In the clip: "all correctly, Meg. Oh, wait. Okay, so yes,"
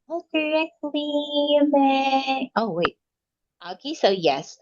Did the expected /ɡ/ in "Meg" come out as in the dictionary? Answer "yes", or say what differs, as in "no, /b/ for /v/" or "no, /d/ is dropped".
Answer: no, /ɡ/ is dropped